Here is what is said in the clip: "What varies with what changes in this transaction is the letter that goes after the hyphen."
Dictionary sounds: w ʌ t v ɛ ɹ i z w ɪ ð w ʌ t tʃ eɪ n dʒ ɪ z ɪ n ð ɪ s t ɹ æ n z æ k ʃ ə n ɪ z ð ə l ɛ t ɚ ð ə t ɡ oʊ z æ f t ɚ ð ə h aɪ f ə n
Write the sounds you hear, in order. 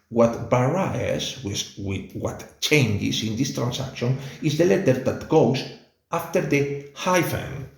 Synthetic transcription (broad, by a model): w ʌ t b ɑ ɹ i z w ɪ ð w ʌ t tʃ eɪ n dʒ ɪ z ɪ n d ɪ s t ɹ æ n s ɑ k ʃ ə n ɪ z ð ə l ɛ t ɚ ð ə t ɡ oʊ s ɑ f t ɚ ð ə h aɪ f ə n